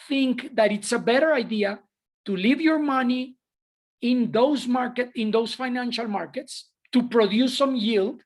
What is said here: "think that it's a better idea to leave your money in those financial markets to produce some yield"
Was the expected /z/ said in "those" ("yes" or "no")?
no